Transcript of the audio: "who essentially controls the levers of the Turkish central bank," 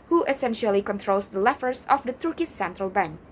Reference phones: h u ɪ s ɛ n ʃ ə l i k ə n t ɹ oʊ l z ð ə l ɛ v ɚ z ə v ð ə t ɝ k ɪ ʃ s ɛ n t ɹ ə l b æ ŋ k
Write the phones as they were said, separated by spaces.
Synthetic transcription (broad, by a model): h u ɪ s ɛ n ʃ ə l i k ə n t ɹ oʊ l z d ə l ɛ f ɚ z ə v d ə t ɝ k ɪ s ɛ n t ɹ ə l b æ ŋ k